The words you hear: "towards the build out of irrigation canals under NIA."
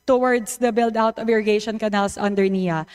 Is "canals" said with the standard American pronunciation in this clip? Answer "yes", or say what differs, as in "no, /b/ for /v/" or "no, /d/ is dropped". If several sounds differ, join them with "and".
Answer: no, /s/ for /z/